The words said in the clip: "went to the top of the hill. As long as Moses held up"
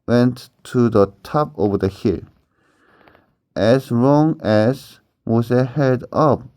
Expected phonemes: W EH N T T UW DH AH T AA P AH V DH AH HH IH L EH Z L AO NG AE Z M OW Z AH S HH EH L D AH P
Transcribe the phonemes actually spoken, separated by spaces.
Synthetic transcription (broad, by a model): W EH N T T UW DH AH T AA P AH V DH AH HH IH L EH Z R AO NG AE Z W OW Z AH HH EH D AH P